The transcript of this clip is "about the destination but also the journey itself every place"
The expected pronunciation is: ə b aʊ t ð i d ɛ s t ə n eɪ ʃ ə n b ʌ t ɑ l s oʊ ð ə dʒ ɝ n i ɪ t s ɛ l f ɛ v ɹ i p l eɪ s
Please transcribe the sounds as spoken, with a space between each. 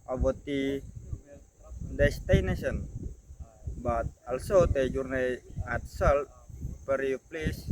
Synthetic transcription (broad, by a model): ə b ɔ t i d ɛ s t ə n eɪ s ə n b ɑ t ɑ l s oʊ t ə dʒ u n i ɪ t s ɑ l p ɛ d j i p l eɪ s